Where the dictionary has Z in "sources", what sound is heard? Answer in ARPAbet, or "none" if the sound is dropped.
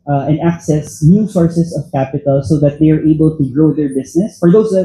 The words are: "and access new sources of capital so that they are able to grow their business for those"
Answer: S